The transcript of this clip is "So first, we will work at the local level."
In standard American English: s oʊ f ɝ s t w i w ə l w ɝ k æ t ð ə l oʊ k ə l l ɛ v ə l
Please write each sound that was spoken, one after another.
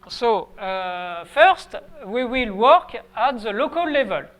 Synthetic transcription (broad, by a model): s oʊ f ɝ s t w i w ə l w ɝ k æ t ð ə l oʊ k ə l l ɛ v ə l